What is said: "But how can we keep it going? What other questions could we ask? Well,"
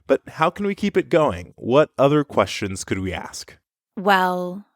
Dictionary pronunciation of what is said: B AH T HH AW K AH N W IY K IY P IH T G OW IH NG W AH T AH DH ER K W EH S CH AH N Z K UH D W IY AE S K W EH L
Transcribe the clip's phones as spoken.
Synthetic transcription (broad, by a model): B AH T HH AW K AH N W IY K IY P IH T G OW IH NG W AH T AH DH ER K W EH S CH AH N Z K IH D W IY AE S K W EH L